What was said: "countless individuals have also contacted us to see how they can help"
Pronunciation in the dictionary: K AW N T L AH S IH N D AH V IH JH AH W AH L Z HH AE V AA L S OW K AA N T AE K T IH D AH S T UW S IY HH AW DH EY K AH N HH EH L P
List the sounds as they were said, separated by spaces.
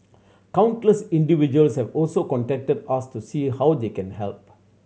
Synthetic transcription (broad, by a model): K AW N T L AH S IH N D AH V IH JH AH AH L S HH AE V AA L S OW K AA N T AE K T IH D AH S T UW S IY HH AW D EY K AH N HH EH L P